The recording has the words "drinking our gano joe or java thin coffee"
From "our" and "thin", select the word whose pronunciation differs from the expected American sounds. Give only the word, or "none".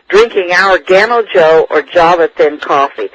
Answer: none